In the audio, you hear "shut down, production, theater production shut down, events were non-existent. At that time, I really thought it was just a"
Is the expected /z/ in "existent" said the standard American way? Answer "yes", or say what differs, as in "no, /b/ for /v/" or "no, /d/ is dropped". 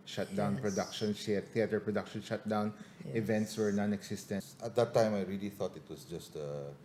no, /s/ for /z/